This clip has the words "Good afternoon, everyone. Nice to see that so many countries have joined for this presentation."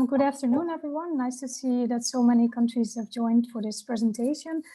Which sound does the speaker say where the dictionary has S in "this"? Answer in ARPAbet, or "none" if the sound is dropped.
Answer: S